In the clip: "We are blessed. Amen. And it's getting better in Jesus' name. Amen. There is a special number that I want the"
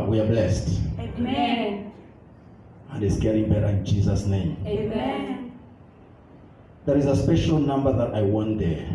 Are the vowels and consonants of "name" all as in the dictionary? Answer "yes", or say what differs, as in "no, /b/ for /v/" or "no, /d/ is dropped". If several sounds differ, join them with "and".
no, /m/ is dropped